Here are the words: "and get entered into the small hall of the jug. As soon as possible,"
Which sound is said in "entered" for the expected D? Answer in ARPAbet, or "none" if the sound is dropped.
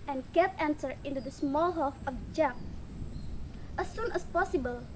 none